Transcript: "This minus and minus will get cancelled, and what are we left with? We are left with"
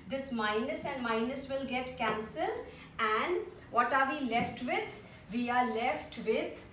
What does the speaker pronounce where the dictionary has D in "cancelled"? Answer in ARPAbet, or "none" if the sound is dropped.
D